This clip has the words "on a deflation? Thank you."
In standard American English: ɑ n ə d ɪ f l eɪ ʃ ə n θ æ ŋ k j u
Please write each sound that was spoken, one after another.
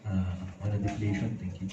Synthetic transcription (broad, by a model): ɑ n ə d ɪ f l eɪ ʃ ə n t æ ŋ k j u